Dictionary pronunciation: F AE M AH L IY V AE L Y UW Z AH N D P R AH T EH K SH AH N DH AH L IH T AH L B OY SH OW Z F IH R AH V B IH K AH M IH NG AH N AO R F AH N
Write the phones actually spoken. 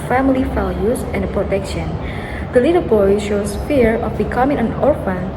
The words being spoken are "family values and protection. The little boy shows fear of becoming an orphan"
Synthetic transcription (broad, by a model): F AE M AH L IY F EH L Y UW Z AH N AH P R AH T EH K SH AH N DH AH L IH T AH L B OY SH OW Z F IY R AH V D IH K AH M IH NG AH N AO R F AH N